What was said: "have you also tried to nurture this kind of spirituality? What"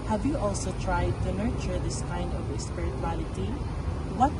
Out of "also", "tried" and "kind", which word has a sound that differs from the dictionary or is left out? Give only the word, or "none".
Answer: none